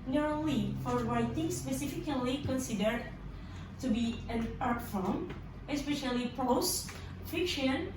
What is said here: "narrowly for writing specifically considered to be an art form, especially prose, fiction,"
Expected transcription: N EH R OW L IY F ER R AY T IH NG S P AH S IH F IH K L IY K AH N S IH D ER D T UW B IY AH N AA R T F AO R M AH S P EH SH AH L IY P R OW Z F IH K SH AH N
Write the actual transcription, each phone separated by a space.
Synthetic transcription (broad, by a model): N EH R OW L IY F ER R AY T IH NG S P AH S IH F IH K L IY K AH N S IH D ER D T UW B IY AH N AA R T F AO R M AH S P EH SH AH L IY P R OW S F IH K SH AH N